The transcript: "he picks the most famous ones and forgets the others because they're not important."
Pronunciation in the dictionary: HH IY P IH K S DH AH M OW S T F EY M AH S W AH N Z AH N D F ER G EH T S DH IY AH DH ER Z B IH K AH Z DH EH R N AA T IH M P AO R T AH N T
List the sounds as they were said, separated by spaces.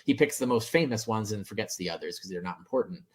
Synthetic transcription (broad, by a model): HH IY P IH K S DH AH M OW S T F EY M AH S W AH N Z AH N F ER G EH T S DH IY AH DH ER Z K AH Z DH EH R N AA T M P AO R T N T